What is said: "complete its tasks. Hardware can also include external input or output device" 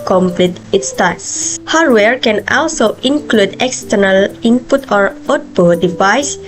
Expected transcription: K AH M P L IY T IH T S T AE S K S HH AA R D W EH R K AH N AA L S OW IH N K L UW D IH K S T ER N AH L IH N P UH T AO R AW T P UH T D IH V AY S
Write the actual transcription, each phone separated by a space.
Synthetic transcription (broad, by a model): K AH M P L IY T IH T S T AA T S HH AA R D W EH R K AH N AA L S OW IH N K L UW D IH K S T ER N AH L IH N P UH T AO R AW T B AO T D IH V AY S